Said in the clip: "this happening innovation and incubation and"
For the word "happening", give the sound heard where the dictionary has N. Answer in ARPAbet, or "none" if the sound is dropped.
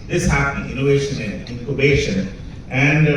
none